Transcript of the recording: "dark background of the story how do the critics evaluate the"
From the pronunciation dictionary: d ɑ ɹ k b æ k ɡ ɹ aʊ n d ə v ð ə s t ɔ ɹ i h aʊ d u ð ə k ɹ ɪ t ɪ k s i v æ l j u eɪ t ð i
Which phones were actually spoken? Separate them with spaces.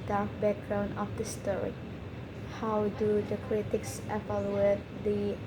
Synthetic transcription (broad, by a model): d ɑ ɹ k b æ k ɡ ɹ aʊ n d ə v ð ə s t ɔ ɹ i h aʊ d u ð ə k ɹ ɪ t ɪ k s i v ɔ l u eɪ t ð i